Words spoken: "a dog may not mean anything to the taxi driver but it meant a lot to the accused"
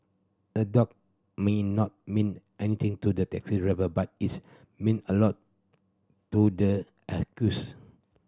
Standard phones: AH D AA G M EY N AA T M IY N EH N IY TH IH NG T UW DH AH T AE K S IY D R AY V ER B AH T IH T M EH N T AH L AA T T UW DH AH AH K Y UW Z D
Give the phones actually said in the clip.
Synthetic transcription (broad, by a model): AH D AA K M EY N AA T M IY N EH N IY T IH NG T UW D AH T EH K S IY R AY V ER B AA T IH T M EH N AH L AA T T UW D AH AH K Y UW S